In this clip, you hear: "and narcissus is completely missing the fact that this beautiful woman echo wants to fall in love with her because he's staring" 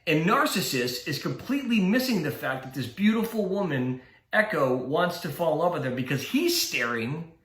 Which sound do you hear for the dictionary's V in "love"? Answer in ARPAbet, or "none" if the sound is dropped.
P